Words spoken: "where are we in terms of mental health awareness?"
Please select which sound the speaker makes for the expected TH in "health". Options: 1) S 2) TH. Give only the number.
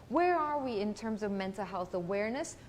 2